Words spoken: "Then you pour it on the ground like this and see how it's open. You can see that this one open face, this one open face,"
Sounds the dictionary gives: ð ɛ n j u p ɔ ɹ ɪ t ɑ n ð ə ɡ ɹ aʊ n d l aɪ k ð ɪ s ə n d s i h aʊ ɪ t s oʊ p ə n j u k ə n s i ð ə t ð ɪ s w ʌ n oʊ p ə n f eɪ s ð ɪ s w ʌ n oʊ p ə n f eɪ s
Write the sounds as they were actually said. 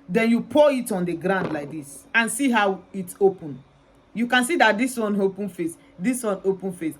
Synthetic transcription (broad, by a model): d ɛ n j u p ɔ ɪ t ɑ n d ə ɡ ɹ aʊ n d l aɪ k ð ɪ s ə n s i h aʊ ɪ t s oʊ p ə n j u k ə n s i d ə t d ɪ s w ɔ n oʊ p ə n f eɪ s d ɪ s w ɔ n oʊ p ə n f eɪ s